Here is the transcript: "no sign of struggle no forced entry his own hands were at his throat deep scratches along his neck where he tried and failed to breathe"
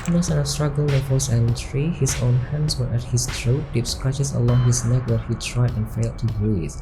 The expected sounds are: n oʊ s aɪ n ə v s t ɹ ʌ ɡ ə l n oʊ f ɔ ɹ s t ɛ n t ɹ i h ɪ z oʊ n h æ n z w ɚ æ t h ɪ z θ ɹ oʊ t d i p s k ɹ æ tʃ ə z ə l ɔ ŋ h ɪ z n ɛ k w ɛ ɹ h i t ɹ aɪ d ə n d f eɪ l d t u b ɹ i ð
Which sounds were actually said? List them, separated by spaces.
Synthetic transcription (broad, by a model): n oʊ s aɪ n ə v s t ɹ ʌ ɡ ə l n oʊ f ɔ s ɛ n t ɹ i h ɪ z oʊ n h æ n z w ɚ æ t h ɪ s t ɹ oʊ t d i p s k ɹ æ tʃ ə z ə l ɔ ŋ h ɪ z n ɛ k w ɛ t h i t ɹ aɪ d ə n f eɪ l d t u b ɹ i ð